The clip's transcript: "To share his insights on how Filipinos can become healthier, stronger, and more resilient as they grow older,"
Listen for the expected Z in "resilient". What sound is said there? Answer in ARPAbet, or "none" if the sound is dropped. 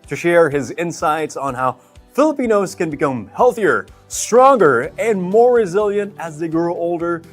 Z